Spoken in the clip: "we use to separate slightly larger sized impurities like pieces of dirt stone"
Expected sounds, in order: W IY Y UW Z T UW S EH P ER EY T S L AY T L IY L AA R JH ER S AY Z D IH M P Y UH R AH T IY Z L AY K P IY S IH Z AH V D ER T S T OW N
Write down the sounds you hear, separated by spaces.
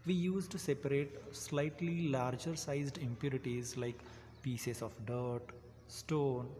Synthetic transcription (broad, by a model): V IY Y UW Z T UW S EH P ER EY T S L AY T L IY L AA R JH ER S AY Z D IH M P Y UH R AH T IY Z L AY K P IY S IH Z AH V D ER T S T OW N